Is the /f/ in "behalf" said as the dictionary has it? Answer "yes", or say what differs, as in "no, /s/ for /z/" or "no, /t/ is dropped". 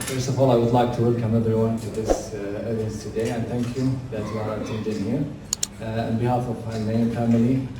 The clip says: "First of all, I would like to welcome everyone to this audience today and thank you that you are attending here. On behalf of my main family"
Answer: yes